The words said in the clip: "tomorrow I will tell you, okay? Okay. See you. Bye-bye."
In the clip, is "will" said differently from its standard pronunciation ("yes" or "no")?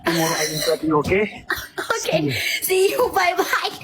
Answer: yes